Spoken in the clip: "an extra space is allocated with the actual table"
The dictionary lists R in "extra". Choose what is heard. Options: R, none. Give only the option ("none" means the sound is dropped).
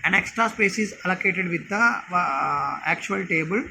R